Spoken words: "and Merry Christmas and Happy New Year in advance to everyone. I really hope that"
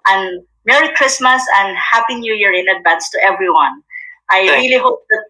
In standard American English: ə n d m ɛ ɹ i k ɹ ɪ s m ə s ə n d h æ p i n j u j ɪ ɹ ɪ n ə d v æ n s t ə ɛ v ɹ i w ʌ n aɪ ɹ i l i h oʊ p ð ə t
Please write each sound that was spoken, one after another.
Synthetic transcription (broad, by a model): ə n m ɛ ɹ i k ɹ ɪ s m ə s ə n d h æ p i n j u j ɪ ɹ ɪ n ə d b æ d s t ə ɛ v ɹ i w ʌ n aɪ ɹ i l i h oʊ p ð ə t